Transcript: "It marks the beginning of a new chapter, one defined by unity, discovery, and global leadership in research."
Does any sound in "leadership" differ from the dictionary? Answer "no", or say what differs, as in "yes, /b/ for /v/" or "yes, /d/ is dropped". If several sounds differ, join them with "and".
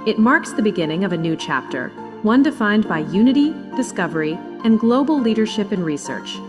no